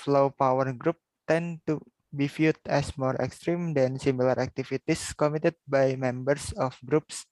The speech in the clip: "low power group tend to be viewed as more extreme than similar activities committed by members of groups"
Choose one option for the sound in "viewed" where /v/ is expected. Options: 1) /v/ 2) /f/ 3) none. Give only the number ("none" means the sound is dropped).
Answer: 2